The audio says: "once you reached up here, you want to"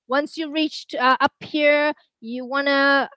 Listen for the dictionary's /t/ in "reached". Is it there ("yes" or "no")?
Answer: yes